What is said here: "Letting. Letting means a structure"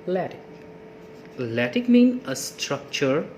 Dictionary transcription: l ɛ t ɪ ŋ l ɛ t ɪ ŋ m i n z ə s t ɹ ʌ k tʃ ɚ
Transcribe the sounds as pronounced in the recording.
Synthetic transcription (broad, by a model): l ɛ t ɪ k l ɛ t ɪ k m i n ə s t ɹ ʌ k tʃ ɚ